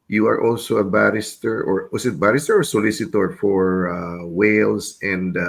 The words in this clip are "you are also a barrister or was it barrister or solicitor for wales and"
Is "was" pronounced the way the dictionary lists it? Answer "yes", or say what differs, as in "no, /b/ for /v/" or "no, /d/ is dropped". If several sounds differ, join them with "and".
no, /s/ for /z/